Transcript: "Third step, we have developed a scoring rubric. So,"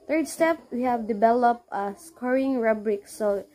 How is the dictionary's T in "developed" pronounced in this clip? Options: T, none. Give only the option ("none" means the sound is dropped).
none